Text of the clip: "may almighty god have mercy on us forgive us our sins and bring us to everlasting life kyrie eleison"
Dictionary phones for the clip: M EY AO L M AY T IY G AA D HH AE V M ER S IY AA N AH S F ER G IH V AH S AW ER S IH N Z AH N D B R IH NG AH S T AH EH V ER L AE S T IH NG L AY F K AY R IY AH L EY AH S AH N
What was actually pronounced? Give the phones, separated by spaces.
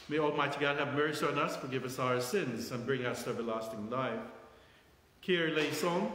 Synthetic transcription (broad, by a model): M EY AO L M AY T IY G AA D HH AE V M ER S IY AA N AH S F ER G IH V AH S AW ER S IH N Z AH N B R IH NG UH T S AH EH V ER L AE S T IH NG L AY F K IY R L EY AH S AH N